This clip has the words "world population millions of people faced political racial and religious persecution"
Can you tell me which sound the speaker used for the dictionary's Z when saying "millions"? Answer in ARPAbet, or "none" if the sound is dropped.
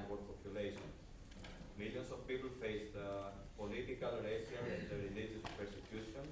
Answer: S